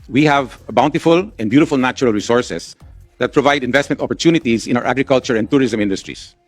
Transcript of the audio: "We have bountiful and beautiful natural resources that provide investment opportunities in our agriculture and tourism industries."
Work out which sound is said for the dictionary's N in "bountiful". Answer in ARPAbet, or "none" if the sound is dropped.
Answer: N